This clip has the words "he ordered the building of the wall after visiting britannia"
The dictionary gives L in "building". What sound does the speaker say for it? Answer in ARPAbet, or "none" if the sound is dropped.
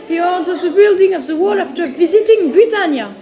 L